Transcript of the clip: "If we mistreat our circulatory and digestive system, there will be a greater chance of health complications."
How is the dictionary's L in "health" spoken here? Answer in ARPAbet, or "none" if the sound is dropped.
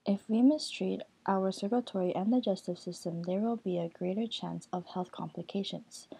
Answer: L